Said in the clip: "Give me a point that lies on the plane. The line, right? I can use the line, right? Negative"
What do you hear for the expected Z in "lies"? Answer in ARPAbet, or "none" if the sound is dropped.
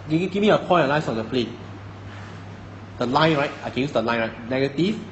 S